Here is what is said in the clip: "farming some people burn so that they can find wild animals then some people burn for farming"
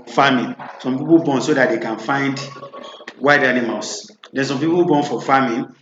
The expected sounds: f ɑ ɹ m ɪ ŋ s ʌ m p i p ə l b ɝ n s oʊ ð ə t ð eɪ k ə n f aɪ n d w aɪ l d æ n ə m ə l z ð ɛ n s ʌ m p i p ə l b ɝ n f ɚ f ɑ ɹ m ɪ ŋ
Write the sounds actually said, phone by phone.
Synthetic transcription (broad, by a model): f ɑ m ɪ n s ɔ m p i p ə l b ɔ n s oʊ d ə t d eɪ k ə n f aɪ n d w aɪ d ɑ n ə m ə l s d ɛ n s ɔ m p i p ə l b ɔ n f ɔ f ɑ m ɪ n